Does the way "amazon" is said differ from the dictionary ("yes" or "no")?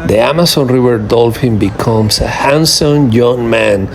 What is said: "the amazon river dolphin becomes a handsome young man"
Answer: yes